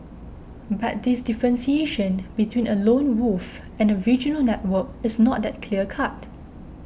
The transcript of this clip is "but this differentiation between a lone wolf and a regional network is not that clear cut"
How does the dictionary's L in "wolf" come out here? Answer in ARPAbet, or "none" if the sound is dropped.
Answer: none